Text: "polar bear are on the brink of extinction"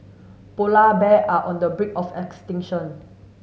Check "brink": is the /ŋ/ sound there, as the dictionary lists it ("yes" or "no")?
no